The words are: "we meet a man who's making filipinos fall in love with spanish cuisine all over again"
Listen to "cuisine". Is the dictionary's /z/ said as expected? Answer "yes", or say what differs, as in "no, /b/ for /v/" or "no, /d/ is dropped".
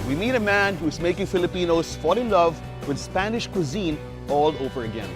yes